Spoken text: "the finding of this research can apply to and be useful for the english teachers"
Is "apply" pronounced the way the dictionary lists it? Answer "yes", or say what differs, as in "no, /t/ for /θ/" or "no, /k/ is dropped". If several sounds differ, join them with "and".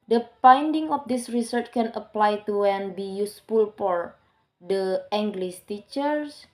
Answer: yes